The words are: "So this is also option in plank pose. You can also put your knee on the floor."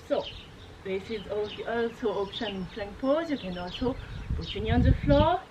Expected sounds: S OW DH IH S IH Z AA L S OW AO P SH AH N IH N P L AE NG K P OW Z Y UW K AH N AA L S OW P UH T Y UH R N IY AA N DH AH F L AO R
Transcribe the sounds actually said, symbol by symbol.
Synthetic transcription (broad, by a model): S OW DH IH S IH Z AA L S OW AO P SH AH N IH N F L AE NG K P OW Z Y UW K AH N AA L S OW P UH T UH N IY AA N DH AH F L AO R